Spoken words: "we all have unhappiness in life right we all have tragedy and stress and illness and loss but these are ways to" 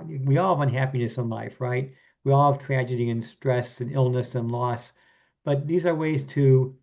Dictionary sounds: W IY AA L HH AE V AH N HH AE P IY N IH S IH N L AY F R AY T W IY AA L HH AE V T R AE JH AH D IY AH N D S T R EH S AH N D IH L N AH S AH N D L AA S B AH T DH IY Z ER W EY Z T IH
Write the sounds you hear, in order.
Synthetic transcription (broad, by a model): W IY AA L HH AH V AH N HH AE P IY N IH S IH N L AY F R AY T W IY AA L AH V T R AE JH AH D IY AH N S T R EH S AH N IH L N AH S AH N L AA S B AH T DH IY Z ER W EY Z T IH